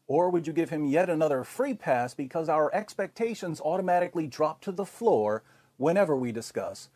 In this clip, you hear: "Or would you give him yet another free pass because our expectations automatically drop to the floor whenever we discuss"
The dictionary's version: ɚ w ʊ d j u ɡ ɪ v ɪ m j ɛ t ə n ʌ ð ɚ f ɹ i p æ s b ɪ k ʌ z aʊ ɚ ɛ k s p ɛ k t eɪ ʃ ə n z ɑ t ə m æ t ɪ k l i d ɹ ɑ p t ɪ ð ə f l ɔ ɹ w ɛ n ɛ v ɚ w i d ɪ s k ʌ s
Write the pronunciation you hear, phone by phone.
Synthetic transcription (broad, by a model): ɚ w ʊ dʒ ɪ ɡ ɪ v ɪ m j ɛ t ə n ʌ ð ɚ f ɹ i p æ s b ɪ k ʌ z aʊ ɚ ɛ k s p ɛ k t eɪ ʃ ə n z ɑ t ə m æ t ɪ k l i d ɹ ɑ p t ɪ ð ə f l ɔ ɹ w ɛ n ɛ v ɚ w i d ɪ s k ʌ s